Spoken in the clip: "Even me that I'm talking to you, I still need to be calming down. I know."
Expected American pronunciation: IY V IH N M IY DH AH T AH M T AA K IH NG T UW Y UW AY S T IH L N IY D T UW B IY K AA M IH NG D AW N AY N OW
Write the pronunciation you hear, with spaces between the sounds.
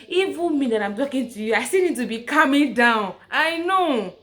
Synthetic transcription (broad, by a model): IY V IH M IY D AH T AH M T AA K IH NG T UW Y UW AY S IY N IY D T UW B IY K AA M IH NG D AW N AY N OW